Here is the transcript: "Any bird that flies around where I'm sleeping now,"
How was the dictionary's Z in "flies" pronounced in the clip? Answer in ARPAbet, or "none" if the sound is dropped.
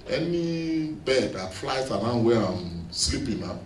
S